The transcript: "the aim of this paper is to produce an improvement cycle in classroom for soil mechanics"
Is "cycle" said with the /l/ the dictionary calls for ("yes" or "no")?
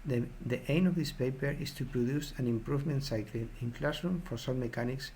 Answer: no